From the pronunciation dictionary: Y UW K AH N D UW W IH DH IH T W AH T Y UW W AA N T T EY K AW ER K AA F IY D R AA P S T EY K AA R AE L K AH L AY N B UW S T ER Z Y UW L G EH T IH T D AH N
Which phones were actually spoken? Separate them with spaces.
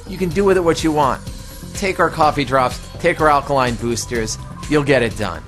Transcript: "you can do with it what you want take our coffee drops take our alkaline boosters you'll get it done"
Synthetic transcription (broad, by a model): Y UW K AH N D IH W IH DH IH T W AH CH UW W AA N T T EY K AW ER K AA F IY D R AA P S T EY K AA R AE L K AH L AY N B UW S T ER Z Y UW L G EH T IH T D AH N